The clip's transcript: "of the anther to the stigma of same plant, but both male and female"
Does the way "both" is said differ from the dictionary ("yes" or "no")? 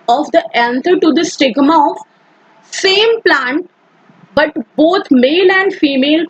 yes